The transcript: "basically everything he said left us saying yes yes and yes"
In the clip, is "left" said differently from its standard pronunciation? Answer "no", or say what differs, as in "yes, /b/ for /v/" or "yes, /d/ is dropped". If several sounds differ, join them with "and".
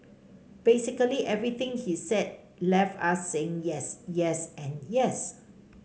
yes, /t/ is dropped